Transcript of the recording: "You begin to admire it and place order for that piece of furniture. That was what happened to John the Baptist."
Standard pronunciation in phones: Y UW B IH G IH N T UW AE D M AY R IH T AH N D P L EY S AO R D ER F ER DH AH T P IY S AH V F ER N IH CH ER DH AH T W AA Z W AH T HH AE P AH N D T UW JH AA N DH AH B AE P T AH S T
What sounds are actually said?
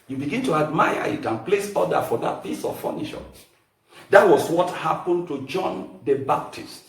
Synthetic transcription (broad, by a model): Y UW B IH G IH N T UW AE D M AY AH IH T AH N P L EY S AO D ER F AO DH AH T P IY S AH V F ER N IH SH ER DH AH T W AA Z W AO T HH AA P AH N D T UW JH AA N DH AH B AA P T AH S T